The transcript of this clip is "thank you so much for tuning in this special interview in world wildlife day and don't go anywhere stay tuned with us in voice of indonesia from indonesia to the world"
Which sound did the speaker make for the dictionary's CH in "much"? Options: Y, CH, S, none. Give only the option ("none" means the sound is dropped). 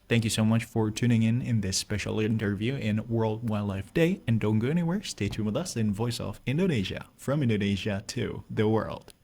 CH